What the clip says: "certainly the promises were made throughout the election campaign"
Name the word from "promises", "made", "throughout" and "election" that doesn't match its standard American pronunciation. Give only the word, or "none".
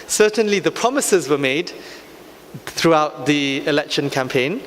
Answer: none